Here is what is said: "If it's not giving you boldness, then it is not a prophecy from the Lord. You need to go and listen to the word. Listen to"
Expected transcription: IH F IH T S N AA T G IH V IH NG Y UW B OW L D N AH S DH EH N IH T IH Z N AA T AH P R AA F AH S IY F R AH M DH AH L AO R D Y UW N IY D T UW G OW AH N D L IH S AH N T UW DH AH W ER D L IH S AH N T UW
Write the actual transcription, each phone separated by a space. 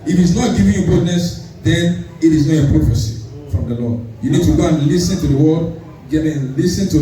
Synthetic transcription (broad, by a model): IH F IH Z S N AA T G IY V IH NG Y UW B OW D N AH S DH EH N IH T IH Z N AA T AH P R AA F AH S IY F R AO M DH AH L AO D Y UW N IY D T UW G OW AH N L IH S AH N T UW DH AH W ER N L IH S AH N T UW